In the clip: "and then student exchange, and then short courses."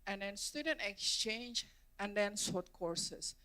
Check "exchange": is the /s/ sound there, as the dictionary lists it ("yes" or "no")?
yes